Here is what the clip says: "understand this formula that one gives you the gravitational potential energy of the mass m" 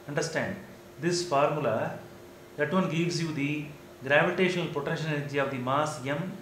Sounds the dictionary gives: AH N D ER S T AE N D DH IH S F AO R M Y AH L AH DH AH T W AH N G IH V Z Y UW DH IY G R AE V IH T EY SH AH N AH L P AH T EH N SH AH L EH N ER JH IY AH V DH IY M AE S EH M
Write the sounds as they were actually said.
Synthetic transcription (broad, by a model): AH N D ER S T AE N D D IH S F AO R M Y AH L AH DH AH T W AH N G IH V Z Y UW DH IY G R AE V IH T EY SH AH N AH L P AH T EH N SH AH N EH N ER JH IY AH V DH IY M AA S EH M